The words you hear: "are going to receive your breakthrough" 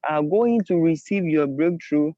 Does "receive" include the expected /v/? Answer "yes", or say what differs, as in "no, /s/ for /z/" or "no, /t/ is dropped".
yes